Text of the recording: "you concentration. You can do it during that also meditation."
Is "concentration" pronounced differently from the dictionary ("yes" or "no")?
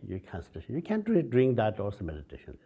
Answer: yes